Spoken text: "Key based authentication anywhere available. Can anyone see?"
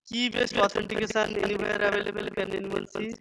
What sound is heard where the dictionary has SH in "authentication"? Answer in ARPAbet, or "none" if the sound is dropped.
S